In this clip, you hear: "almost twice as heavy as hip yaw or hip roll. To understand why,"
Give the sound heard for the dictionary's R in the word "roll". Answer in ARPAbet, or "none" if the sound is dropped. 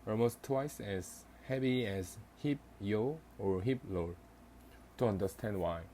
L